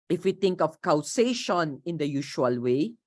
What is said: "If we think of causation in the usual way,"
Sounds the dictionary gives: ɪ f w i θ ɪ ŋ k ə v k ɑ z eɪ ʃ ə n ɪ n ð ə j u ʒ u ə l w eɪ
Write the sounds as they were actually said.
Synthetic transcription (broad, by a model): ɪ f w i t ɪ ŋ k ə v k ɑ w eɪ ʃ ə n ɪ n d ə j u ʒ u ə l w eɪ